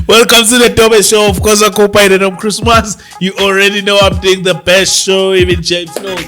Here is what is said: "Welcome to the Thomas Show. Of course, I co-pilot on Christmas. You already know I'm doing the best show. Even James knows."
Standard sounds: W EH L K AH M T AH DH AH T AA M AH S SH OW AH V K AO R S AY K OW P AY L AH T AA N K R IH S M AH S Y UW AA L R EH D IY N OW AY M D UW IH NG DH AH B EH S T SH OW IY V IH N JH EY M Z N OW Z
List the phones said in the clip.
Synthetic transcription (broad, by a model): W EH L K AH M S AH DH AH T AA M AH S SH OW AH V K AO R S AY K OW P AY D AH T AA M K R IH S M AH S Y UW AA L R EH D IY N OW AY M D UW IH NG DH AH B EH S T SH OW IY V IH N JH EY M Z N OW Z